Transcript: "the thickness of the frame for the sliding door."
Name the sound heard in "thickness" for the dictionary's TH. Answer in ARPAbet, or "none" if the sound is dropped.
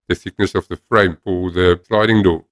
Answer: S